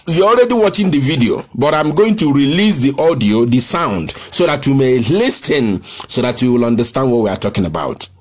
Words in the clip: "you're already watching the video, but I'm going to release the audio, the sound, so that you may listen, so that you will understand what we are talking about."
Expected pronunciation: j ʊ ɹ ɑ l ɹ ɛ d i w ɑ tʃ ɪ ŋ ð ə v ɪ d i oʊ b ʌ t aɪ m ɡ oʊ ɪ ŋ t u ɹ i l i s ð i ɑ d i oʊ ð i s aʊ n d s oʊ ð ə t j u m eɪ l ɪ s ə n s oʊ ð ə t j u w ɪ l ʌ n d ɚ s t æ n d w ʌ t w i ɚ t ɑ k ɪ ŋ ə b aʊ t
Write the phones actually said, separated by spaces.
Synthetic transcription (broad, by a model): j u ɑ l ɹ ɛ d i w ɑ tʃ ɪ ŋ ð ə v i d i oʊ b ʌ t aɪ m ɡ oʊ ɪ ŋ t u ɹ i l i s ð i ɑ d i oʊ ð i s aʊ n d s oʊ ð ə t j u m eɪ l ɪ s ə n s oʊ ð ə t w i w ɪ l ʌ n d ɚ s t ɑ n d w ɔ t w i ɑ t ɑ k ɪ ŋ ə b aʊ t